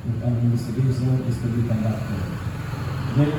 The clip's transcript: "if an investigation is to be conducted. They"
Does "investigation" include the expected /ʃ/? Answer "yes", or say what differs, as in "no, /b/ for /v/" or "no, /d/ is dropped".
no, /s/ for /ʃ/